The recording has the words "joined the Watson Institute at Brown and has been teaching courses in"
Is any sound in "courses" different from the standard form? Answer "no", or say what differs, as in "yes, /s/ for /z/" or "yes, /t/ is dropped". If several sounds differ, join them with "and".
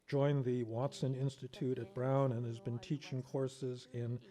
no